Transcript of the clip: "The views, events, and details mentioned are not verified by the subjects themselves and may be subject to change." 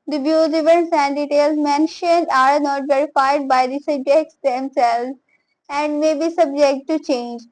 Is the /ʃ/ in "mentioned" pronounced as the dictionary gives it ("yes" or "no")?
yes